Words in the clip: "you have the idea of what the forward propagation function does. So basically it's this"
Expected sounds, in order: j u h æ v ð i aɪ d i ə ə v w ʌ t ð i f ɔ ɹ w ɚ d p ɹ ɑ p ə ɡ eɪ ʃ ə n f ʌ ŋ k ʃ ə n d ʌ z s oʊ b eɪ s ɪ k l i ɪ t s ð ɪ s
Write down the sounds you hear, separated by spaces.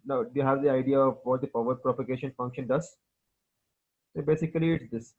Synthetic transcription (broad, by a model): j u h æ v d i aɪ d i ə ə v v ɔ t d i p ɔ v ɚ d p ɹ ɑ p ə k eɪ ʃ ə n f ʌ ŋ k ʃ ə n d ʌ z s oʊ b eɪ s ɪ k l i ɪ t s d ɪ s